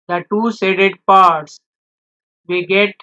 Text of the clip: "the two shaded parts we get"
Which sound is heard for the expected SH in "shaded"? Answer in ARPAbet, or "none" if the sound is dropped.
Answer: S